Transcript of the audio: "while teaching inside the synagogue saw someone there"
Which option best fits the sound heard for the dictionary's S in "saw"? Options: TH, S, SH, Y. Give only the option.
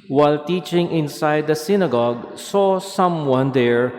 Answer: S